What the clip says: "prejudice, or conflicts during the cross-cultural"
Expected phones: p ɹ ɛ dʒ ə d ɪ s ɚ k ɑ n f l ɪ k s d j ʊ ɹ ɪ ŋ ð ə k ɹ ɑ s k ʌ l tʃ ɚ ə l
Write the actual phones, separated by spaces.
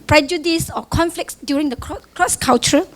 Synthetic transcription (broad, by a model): p ɹ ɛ dʒ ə d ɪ s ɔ k ɑ n f l ɪ k s d j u ɹ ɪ ŋ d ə k ɹ ɑ s k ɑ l tʃ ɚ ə